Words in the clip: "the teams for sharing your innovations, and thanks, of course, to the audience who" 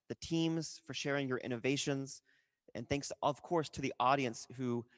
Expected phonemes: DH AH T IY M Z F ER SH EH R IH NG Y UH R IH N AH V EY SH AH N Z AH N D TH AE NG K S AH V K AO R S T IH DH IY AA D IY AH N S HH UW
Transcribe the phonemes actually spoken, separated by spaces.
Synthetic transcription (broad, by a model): DH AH T IY M Z F ER SH EH R IH NG Y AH R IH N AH V EY SH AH N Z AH N TH AE NG K S AH V K AO R S T IH DH IY AA D IY AH N S HH UW